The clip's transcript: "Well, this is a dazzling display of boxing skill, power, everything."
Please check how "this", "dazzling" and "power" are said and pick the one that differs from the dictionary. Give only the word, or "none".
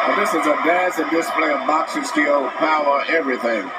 dazzling